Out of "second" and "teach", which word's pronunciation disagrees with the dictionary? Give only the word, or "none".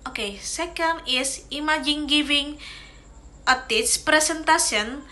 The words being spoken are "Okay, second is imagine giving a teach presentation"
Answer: teach